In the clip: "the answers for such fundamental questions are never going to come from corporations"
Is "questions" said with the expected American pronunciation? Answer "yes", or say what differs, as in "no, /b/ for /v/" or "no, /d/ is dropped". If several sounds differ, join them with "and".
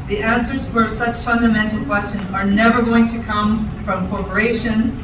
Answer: yes